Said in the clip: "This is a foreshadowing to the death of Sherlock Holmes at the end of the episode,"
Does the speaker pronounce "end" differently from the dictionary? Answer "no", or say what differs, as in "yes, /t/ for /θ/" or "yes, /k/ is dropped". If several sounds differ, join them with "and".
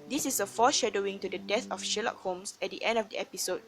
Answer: no